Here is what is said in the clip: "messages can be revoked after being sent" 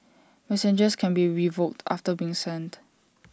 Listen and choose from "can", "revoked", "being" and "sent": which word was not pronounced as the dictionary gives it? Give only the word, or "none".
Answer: none